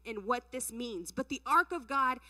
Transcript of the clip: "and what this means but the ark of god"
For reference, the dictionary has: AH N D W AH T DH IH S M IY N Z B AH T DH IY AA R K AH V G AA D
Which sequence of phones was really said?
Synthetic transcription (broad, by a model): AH N W AH T DH IH S M IY N Z B AH T DH IY AA R K AH V G AA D